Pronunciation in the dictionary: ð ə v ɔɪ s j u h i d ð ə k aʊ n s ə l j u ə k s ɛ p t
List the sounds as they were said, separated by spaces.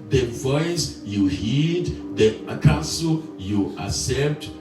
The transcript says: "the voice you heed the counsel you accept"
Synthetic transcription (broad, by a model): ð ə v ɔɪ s j u h i d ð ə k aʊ s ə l j u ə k s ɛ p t